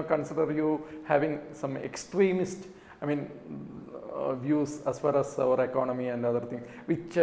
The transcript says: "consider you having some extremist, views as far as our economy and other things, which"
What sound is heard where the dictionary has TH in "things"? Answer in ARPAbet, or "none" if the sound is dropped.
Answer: T